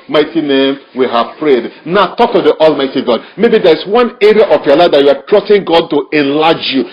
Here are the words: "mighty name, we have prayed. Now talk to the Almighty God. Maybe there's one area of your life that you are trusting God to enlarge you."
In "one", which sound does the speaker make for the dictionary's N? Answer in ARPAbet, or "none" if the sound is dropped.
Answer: N